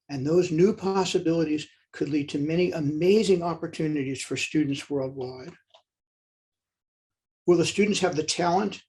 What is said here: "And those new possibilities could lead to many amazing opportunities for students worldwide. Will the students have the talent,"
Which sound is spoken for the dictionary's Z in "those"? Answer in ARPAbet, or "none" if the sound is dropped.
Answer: Z